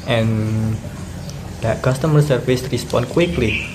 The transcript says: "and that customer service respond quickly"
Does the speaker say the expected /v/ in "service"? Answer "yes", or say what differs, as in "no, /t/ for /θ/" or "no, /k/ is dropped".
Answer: no, /f/ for /v/